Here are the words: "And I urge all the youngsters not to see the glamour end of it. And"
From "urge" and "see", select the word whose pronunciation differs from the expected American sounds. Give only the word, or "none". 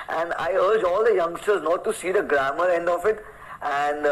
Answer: none